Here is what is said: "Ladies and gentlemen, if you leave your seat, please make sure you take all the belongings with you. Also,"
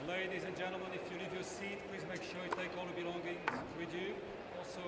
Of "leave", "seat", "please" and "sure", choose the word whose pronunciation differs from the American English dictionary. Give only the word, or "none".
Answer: none